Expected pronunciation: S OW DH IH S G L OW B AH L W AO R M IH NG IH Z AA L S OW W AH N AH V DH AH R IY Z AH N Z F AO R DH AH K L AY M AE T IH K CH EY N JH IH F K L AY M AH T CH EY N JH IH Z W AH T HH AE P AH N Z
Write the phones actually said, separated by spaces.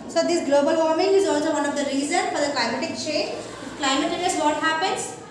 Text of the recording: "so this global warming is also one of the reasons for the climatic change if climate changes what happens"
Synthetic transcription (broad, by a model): S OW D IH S G L OW B AH L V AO R M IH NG IH Z AA L S OW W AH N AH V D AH R IY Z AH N F AO R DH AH K L AY M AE T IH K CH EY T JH K L AY M AH T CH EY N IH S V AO T HH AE P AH N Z